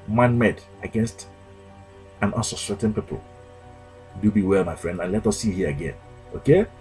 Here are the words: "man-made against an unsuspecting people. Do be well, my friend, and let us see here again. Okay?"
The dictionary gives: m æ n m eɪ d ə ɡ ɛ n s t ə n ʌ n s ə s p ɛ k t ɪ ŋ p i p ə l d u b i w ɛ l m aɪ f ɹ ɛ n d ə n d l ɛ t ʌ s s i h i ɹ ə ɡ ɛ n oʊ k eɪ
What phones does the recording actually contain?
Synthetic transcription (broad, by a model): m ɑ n m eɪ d ə ɡ ɛ n s t ə n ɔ l s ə s ɛ t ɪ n p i p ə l d u b i w ɛ l m aɪ f ɹ ɛ n d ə n l ɛ t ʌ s s i h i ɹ ə ɡ ɛ n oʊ k eɪ